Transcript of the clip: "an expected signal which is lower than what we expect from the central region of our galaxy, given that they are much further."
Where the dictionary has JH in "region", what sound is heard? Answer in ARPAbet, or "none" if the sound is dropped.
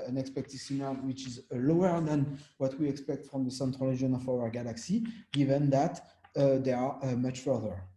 none